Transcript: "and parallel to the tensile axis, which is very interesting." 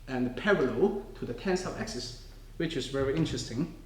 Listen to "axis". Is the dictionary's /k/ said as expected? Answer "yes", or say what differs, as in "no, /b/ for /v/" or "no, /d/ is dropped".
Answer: yes